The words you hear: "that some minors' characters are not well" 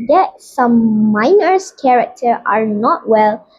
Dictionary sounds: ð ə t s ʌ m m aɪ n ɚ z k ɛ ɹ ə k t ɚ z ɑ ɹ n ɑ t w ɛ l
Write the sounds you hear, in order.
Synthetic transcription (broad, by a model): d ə t s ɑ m m aɪ n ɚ s k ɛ ɹ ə k t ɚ ɑ ɹ n ɑ t w ɛ l